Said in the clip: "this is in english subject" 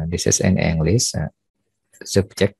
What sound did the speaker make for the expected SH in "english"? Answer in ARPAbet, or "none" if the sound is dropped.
S